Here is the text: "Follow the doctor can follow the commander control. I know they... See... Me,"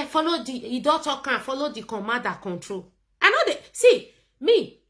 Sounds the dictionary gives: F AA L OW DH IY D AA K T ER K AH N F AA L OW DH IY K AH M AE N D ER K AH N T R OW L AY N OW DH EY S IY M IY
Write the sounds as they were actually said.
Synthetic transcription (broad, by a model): F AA L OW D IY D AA T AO K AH F AA L OW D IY K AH M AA D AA K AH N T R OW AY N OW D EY S IY M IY